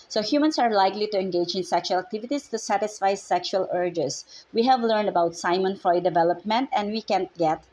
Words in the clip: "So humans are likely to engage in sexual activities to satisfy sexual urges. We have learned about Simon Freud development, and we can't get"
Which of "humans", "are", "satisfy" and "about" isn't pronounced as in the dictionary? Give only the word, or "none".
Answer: humans